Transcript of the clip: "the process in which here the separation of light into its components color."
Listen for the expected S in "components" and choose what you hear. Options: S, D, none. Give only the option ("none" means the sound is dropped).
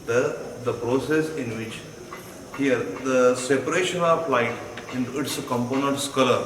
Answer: S